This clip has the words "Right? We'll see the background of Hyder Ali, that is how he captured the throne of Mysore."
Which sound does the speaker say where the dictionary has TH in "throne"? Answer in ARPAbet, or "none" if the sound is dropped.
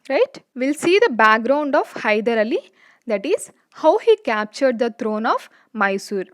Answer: T